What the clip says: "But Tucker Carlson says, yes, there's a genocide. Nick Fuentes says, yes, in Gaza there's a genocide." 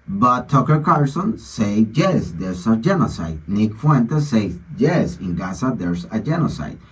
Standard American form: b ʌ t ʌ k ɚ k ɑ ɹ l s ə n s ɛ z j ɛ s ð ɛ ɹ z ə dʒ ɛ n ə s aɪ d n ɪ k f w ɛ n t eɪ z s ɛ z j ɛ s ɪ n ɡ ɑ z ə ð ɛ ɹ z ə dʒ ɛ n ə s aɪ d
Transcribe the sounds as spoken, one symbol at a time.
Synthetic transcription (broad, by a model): b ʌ t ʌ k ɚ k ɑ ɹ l s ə n s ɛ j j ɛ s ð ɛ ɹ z ə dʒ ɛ n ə s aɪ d n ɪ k f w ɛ n t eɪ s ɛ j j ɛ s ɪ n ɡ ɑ s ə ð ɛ ɹ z ə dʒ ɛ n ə s aɪ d